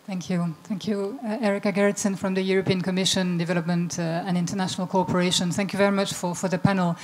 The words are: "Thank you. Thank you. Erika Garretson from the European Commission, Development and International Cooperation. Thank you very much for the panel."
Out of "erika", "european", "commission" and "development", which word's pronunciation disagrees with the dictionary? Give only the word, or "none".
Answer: none